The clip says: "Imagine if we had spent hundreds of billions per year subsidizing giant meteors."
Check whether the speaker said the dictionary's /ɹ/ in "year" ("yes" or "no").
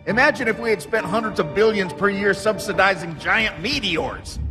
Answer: yes